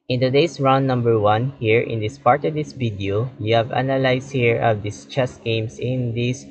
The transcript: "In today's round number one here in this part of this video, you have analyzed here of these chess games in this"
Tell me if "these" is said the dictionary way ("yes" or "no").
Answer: no